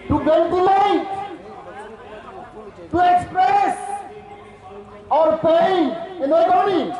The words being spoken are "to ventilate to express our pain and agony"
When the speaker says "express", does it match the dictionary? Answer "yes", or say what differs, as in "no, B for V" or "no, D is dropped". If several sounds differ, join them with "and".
yes